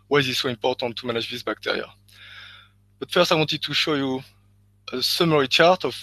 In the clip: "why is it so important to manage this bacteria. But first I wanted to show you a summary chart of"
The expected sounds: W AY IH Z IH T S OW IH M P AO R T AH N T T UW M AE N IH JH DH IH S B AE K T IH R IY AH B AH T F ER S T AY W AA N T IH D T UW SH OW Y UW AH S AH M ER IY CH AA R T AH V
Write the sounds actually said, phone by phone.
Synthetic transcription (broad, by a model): W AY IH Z IH T S OW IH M P AO R T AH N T T UW M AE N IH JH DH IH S B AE K T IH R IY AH B AH T F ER S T AY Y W T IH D T UW SH OW Y UW AH S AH M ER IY CH AA R T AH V